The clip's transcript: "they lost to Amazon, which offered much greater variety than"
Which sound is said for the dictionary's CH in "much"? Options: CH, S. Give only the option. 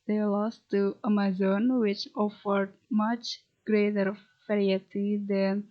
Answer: CH